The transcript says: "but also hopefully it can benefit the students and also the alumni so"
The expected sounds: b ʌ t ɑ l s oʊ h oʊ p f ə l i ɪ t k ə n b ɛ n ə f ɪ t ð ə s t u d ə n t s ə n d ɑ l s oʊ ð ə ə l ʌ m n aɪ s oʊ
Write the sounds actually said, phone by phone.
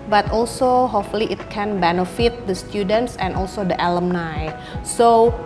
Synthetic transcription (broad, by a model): b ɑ t ɑ l s oʊ h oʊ f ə l i ɪ t k ə n b ɛ n ə f ɪ t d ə s t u d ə n t s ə n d ɑ l s oʊ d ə ə l ʌ m n aɪ s oʊ